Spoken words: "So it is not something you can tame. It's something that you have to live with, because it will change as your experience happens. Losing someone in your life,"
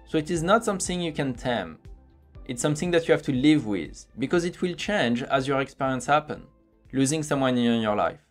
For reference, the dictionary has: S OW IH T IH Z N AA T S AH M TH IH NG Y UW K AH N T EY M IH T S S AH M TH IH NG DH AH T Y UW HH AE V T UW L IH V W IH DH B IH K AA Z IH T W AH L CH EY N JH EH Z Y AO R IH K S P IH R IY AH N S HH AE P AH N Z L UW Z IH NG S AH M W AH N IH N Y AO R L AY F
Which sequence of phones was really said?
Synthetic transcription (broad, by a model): S OW IH T IH Z N AA T S AH M TH IH NG Y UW K AH N T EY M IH T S S AH M TH IH NG DH AH T Y UW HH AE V T UW L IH V W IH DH B IH K AA Z IH T W AH L CH EY N JH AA Z Y AO R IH K S P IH R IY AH N S HH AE P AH N L UW Z IH NG S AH M W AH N IH N Y AO R L AY F